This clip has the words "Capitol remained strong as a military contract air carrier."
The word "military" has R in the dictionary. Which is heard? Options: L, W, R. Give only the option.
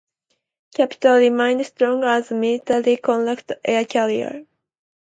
L